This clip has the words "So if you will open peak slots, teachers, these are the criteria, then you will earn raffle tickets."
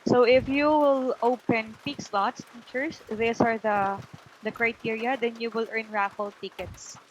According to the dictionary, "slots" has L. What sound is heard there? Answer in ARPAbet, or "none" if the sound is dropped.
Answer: L